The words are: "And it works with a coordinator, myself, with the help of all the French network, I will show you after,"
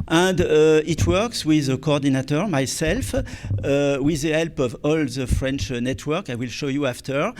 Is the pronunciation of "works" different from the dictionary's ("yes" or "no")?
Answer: no